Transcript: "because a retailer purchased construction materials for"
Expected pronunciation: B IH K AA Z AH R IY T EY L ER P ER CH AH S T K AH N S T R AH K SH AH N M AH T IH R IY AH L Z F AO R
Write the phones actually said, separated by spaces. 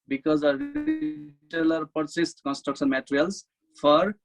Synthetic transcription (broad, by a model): B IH K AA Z AH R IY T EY L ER P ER S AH S T K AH N S T R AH K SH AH N M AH T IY R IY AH L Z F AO R